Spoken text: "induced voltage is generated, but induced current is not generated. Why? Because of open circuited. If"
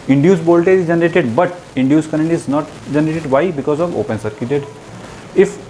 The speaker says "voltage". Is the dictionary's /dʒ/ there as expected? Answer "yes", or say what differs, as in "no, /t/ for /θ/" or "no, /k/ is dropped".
no, /dʒ/ is dropped